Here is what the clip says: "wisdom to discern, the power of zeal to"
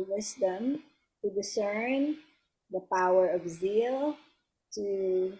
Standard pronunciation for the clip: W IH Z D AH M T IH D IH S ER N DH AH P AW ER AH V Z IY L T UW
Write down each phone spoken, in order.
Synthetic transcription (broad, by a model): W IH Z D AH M T IH D IH S ER N DH AH P AW ER AH V Z IY L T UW